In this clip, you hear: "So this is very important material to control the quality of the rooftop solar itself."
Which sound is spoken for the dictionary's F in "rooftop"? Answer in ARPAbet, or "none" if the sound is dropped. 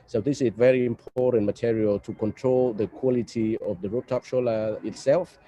none